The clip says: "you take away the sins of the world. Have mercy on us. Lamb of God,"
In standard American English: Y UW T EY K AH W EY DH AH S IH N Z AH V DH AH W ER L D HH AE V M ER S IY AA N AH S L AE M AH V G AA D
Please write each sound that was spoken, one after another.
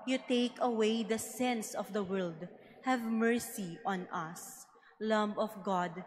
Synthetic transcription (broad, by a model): Y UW T EY K AH W EY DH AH S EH N S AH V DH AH W ER L D HH AE V M ER S IY AA N AH S L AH M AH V G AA D